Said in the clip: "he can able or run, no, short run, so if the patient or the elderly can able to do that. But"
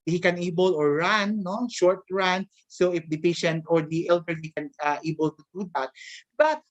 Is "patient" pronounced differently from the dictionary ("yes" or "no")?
no